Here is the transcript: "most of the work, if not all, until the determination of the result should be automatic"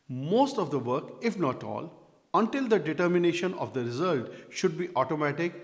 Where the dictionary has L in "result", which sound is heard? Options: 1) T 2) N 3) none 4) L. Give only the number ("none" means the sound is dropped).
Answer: 4